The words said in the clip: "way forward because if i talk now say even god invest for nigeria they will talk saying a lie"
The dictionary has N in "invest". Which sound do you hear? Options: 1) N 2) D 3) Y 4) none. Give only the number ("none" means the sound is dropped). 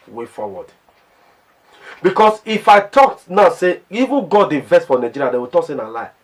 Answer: 4